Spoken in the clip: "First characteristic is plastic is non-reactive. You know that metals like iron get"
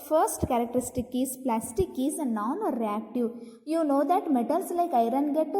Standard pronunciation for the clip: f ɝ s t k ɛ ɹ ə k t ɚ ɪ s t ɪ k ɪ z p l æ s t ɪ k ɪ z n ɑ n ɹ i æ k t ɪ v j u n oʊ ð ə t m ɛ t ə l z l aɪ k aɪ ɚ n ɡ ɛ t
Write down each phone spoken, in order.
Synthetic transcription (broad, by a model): f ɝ s t k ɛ ɹ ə k t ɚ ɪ s t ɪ k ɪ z p l æ s t ɪ k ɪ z n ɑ n ɹ i æ k t ɪ v j u n oʊ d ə t m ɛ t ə l s l aɪ k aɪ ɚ n ɡ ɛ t